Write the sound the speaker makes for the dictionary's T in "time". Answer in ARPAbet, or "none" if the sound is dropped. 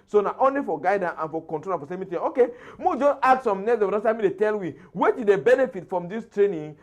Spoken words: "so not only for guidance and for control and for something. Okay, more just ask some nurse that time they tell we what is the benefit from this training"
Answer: S